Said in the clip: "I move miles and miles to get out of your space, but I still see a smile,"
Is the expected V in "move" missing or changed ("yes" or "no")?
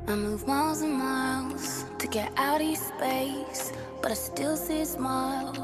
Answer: no